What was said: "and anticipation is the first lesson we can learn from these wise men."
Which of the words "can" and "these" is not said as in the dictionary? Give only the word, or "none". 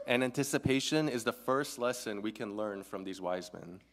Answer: none